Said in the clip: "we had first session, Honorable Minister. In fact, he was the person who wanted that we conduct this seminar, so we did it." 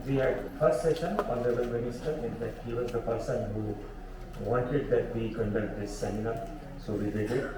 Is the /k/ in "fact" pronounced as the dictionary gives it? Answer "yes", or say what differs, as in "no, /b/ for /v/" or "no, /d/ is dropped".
no, /k/ is dropped